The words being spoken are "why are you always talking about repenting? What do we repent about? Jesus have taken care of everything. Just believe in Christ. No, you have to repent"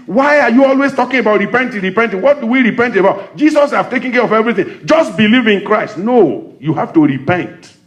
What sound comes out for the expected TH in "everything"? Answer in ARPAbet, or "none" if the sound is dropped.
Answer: TH